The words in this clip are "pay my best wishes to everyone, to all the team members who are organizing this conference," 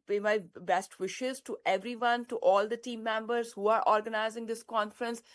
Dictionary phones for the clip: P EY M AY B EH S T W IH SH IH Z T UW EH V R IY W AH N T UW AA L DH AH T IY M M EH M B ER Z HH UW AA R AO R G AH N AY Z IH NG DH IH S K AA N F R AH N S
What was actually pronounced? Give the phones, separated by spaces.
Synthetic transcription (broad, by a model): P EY M AY B EH S T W IH SH IH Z T UW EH V R IY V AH N T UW AA L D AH T IY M M EH M B ER Z HH UW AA R AO R G AH N AY Z IH NG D IH S K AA N F R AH N S